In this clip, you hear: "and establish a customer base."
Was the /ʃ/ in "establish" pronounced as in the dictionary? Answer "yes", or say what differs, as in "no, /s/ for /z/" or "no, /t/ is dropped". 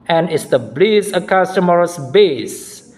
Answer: no, /s/ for /ʃ/